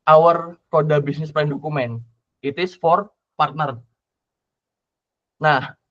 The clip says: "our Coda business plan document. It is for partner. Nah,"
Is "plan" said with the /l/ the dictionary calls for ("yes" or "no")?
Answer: no